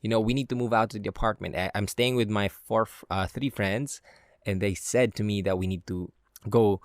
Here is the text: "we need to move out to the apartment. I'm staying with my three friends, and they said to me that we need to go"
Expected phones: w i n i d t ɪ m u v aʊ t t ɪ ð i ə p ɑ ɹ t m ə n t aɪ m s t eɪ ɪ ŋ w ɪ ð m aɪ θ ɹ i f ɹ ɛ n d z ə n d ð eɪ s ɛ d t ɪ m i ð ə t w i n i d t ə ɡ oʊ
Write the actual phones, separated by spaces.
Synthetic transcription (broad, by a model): w i n i d t ɪ m u v aʊ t t ɪ ð i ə p ɑ ɹ t m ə n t aɪ m s t eɪ ɪ ŋ w ɪ ð m aɪ θ ɹ i f ɹ ɛ n d z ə n ð eɪ s ɛ d t ɪ m i ð ə t w i n i d t ə ɡ oʊ